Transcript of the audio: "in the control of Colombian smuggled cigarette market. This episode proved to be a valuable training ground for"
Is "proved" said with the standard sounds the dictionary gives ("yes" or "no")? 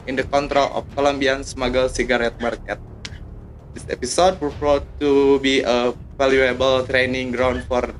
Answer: no